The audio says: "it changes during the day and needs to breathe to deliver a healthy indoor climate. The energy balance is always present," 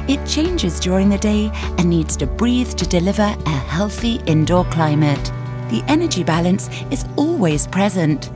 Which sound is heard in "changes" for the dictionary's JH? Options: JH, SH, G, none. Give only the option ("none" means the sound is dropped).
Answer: JH